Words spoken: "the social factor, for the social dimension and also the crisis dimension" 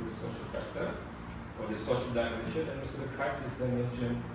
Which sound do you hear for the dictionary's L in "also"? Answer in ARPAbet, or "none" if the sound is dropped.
none